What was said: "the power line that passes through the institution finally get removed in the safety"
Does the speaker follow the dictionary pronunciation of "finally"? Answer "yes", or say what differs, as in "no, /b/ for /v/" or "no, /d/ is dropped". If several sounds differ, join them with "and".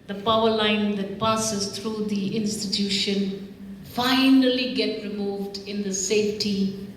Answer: yes